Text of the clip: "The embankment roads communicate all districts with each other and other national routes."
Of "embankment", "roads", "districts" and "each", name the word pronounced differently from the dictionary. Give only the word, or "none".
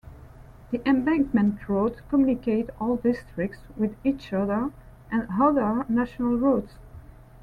roads